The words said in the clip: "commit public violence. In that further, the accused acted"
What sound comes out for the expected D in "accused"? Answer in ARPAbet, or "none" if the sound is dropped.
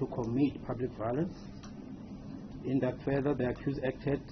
none